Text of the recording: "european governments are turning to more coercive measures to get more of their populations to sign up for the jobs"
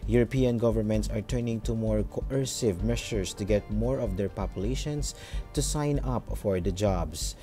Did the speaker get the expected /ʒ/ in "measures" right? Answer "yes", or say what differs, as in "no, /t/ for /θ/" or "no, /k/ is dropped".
no, /ʃ/ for /ʒ/